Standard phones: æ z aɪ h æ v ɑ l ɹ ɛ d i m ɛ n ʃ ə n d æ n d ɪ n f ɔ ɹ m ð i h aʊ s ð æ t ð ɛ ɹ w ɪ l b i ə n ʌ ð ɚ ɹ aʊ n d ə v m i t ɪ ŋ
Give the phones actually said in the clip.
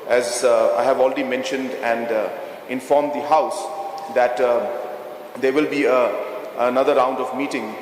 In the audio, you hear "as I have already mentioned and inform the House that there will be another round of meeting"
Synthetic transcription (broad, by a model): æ z aɪ h æ v ɑ l ɹ ɛ d i m ɛ n ʃ ə n d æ n d ɪ n f ɔ ɹ m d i h aʊ s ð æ t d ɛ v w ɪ l b i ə n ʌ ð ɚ ɹ aʊ n d ə v m i t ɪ ŋ